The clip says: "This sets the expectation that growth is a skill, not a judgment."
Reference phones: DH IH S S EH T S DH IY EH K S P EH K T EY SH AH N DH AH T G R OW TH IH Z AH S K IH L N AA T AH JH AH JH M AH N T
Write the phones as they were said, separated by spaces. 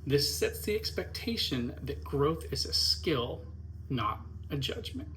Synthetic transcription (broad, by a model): DH IH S S EH T S DH IY EH K S P EH K T EY SH AH N DH AH T G R OW TH IH Z AH S K IH L N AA T AH JH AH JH M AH N T